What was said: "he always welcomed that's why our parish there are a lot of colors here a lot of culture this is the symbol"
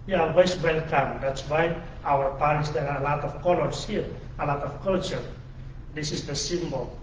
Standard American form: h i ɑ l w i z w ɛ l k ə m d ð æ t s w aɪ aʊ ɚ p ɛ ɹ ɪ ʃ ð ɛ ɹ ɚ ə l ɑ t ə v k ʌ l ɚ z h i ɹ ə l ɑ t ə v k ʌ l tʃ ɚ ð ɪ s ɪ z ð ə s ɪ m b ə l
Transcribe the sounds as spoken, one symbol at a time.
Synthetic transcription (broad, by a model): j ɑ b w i s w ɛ l k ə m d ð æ t s w aɪ aʊ ɚ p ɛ ɹ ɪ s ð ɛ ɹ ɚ ə l ɑ t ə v k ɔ l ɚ s h i ɹ ə l ɑ t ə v k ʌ l tʃ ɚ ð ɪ s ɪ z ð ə s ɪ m b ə l